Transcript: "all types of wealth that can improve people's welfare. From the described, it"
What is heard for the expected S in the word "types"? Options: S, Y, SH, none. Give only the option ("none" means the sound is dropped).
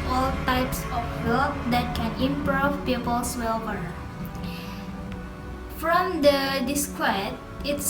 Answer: S